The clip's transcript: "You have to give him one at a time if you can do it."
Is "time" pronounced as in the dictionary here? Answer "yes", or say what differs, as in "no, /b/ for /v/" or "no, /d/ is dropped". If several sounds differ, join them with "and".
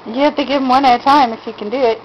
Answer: yes